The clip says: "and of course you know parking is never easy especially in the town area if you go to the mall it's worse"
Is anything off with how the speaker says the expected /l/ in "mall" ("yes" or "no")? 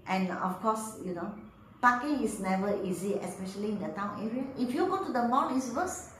yes